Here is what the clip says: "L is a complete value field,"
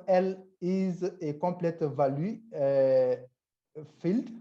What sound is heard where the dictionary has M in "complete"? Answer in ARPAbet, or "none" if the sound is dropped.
none